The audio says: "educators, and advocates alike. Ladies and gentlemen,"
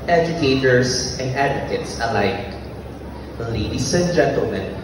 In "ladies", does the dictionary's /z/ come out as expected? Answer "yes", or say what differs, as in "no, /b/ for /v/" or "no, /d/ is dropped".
no, /s/ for /z/